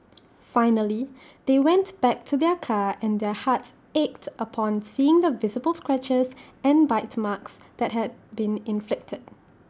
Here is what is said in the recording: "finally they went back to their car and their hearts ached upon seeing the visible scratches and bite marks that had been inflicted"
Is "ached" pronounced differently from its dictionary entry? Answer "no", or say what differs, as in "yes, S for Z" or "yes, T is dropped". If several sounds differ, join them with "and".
no